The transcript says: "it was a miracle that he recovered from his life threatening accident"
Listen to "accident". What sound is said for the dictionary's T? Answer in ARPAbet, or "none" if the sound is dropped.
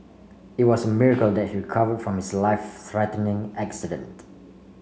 T